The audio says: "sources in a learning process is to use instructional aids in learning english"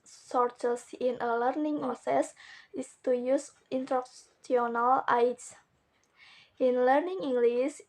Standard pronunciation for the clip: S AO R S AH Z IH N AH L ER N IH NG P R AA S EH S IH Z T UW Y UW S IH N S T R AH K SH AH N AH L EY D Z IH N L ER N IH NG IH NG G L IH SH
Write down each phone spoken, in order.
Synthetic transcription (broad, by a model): S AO R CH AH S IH N AH L ER N IH NG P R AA S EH S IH S T UW Y UW S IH N T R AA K S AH N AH L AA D S IH N L ER N IH NG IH NG G L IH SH